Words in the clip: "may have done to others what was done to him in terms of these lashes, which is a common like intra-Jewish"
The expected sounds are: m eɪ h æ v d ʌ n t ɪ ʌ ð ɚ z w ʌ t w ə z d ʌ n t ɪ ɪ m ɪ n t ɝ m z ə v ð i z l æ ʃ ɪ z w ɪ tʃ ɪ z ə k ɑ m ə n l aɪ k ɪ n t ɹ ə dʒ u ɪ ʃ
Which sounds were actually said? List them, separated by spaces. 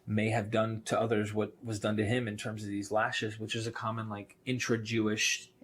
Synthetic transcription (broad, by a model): m eɪ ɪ v d ʌ n t ɪ ʌ ð ɚ z w ʌ t w ə z d ʌ n t ɪ ɪ m ɪ n t ɝ m z ə v ð i z l æ ʃ ɪ z w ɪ tʃ ɪ z ə k ɑ m ə n l aɪ k ɪ n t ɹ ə dʒ u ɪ ʃ